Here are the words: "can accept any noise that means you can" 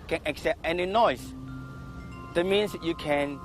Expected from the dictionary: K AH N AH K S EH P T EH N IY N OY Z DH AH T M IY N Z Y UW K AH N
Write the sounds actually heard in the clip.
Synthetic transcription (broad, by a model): K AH N AH K S EH P T EH N IY N OY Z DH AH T M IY N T Y UW K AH N